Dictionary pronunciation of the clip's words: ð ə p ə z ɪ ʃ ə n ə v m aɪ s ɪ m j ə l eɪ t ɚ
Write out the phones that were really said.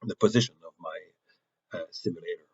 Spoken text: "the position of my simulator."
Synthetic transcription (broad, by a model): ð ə p ə z ɪ ʃ ə n ə v m aɪ s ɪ m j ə l eɪ t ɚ